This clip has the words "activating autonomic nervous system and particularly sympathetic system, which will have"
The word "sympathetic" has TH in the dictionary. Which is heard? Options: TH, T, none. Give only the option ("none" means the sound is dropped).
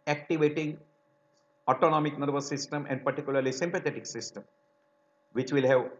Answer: T